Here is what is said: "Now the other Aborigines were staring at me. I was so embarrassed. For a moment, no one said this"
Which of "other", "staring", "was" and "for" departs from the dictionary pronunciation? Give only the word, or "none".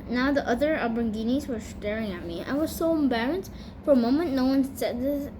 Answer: none